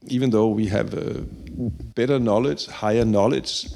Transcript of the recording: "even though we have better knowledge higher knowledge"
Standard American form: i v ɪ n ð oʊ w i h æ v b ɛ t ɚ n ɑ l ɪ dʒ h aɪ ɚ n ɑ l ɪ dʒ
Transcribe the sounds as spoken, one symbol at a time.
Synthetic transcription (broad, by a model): i v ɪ n ð oʊ w i h æ v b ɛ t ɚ n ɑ l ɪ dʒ h aɪ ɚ n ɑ l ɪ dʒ